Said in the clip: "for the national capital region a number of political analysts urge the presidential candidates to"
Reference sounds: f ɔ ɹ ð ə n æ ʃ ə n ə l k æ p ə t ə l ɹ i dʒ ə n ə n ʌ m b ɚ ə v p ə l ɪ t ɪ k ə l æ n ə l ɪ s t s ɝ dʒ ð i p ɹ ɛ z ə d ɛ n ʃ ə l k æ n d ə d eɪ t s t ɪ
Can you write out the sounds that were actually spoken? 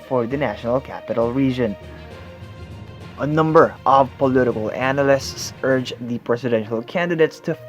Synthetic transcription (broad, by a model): f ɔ ɹ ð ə n æ ʃ ə n ə l k æ p ə t ə l ɹ i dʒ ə n ə n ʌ m b ɚ ə v p ə l ɪ t ɪ k ə l æ n ə l ɪ s t s ɝ dʒ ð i p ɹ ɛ s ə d ɛ n ʃ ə l k æ n d ə d eɪ t s t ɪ